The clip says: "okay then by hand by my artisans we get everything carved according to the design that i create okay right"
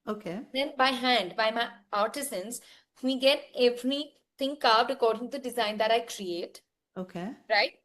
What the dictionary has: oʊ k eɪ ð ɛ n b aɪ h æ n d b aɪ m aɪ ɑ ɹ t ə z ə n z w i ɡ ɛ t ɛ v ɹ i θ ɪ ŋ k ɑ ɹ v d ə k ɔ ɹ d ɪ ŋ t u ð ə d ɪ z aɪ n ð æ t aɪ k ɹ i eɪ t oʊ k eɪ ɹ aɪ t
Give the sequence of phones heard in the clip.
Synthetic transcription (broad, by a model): oʊ k eɪ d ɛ n b aɪ h æ n d b aɪ m aɪ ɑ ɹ t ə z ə n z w i ɡ ɛ t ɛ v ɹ i t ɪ ŋ k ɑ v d ə k ɔ ɹ d ɪ ŋ t u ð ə d ɪ z aɪ n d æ t aɪ k ɹ i eɪ t oʊ k eɪ ɹ aɪ t